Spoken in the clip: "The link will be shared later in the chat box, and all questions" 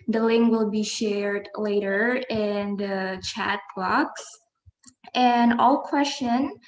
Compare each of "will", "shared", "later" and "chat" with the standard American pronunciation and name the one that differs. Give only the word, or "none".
none